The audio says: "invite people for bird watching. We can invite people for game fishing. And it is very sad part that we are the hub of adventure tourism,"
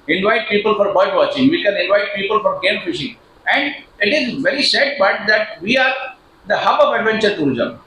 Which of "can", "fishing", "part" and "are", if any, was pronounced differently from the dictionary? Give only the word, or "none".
part